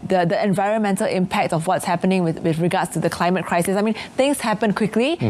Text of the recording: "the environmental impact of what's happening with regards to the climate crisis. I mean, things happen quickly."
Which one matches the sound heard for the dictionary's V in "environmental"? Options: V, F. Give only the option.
V